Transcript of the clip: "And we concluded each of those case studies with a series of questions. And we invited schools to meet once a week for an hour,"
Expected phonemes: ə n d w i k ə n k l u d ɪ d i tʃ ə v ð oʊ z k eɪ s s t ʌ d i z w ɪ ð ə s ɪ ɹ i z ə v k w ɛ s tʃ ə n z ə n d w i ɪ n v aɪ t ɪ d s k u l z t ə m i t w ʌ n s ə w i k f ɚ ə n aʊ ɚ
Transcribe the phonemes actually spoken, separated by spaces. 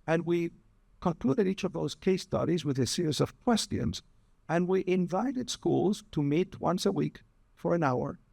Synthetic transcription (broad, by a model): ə n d w i k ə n k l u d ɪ d i tʃ ə v ð oʊ z k eɪ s s t ʌ d i z w ɪ ð ə s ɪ ɹ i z ə v k w ɛ s tʃ ə n z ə n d w i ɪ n v aɪ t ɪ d s k u l z t ə m i t w ʌ n s ə w i k f ɚ ə n aʊ ɚ